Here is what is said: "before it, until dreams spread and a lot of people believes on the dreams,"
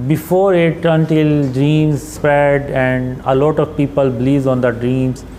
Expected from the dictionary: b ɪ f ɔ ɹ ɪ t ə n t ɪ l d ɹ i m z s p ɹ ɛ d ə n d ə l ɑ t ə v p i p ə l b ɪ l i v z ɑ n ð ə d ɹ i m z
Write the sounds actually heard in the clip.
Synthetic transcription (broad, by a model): b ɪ f ɔ ɹ ɪ t ə n t ɪ l d ɹ i m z s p ɛ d ə n d ə l ɑ t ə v p i p ə l b l i z ɑ n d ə d ɹ i m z